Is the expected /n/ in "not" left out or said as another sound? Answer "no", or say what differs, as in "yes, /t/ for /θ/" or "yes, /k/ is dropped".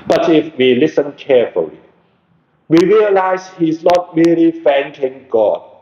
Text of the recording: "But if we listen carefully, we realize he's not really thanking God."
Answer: no